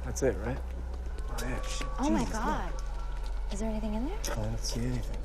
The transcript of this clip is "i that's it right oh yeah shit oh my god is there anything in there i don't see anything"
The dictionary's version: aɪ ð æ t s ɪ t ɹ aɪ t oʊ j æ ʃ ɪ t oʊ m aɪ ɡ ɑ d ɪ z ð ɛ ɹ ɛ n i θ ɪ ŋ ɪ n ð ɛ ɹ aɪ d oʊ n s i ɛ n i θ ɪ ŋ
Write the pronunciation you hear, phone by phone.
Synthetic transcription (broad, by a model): ð æ t s ɪ t ɹ aɪ t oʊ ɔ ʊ ʊ m aɪ ɡ ɑ d ɪ z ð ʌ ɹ ɛ n i θ ɪ ŋ ɪ n ð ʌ ɹ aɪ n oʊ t s i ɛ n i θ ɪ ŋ